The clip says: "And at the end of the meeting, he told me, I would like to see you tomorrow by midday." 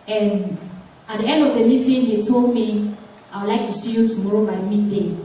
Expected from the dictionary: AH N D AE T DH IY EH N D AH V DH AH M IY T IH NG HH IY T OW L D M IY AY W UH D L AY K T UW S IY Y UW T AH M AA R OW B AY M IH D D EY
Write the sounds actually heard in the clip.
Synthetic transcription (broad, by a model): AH N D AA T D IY EH N D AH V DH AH M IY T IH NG HH IY T OW L D M IY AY W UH L AY K T UW S IY Y UW T AH M AA R OW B AY M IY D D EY